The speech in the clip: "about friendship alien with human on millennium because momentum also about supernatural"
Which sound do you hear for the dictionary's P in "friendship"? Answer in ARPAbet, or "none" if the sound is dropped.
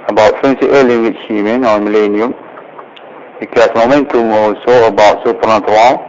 none